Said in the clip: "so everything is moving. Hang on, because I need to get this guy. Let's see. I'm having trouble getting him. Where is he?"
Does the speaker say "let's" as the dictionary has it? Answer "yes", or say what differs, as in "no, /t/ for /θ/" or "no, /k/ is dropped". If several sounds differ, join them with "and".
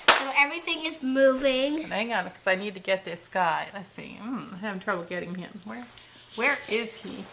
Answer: no, /n/ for /l/